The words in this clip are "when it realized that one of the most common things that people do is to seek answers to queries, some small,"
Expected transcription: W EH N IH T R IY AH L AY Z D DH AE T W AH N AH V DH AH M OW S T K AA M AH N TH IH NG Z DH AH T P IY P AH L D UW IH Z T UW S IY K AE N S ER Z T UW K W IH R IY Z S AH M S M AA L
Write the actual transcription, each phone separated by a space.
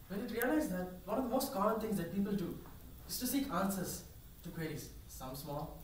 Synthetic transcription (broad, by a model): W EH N IH T R IY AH L AY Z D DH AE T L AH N AH V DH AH M OW S T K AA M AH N T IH NG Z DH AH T P IY P AH L D UW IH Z T UW S IY K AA N S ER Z T UW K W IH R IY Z S AH M S M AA L